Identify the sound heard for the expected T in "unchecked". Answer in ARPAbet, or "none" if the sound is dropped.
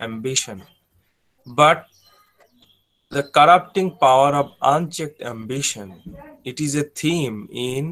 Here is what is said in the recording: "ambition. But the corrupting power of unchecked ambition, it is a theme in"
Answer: T